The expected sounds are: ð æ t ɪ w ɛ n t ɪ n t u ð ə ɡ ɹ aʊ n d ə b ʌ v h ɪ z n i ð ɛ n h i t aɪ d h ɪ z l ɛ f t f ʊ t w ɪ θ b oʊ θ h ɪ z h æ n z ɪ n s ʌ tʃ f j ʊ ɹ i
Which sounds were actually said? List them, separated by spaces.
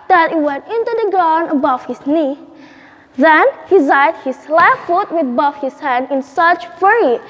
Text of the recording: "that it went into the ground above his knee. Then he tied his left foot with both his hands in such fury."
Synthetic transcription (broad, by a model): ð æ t ɪ w ɛ n t ɪ n t u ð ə ɡ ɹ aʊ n ə b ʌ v h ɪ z n i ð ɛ n h i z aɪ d h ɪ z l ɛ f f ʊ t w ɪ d b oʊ f h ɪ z h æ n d ɪ n s ʌ tʃ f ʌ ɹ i